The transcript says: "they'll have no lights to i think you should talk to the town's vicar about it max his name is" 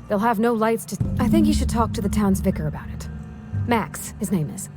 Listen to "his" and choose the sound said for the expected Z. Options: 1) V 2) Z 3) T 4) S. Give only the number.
2